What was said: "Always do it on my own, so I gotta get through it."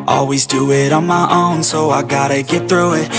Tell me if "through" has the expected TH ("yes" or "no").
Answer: yes